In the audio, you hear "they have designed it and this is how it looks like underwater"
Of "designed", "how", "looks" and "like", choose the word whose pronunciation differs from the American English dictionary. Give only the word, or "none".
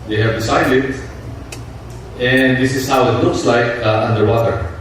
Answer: designed